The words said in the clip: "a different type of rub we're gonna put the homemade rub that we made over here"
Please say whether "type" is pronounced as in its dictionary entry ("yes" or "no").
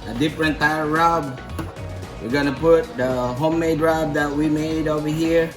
no